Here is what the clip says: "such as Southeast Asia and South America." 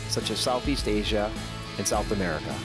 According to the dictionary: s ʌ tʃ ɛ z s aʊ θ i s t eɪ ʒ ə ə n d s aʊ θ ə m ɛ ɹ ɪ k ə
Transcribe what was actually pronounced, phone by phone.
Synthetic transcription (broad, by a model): s ʌ tʃ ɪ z s aʊ θ i s t eɪ ʒ ə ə n s aʊ θ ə m ɛ ɹ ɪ k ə